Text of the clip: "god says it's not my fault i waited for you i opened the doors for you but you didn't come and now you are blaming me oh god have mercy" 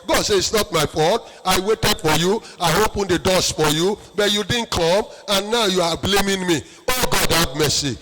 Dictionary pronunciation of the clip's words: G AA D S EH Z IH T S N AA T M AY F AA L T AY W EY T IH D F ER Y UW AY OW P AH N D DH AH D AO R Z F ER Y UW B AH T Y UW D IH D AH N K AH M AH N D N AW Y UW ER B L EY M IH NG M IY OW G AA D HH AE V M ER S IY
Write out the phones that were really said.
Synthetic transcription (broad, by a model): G AA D S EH IH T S N AA T M AY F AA T AY W EY T IH D F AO Y UW AY OW P AH N D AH D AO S F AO Y UW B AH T Y UW D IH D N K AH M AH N N AW Y UW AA B L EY M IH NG M IY OW G AA D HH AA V M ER S IY